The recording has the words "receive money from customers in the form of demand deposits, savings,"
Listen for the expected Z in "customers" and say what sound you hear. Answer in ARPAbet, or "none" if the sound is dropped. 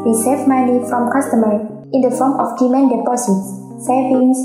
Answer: none